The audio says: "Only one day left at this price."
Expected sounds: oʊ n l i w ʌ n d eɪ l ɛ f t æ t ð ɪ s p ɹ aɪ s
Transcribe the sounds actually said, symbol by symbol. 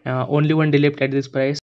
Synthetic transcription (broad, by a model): oʊ n l i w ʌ n d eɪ l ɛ p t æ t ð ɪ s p ɹ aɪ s